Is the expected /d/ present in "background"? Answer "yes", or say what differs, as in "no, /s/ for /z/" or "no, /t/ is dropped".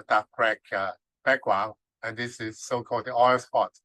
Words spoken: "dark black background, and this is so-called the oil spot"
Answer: no, /d/ is dropped